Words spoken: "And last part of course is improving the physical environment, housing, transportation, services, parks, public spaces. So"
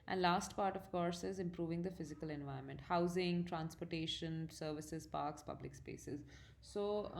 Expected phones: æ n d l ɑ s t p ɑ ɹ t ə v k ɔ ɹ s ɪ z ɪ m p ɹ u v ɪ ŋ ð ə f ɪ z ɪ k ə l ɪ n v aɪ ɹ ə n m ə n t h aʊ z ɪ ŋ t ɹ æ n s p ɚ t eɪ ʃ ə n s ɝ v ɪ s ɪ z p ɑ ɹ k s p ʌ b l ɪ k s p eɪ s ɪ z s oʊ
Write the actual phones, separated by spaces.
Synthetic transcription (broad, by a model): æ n d l ɑ s t p ɑ ɹ t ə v k ɔ ɹ s ɪ z ɪ m p ɹ u v ɪ ŋ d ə f ɪ z ɪ k ə l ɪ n v aɪ ə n m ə n t h aʊ z ɪ ŋ t ɹ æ n s p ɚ t eɪ ʃ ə n s ɝ v ɪ s ɪ z p ɑ ɹ k s p ʌ b l ɪ k s p eɪ s ɪ z s oʊ